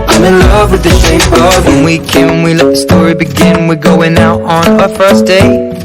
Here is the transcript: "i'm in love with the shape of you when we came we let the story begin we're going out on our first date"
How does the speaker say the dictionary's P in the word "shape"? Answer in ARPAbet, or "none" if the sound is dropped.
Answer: none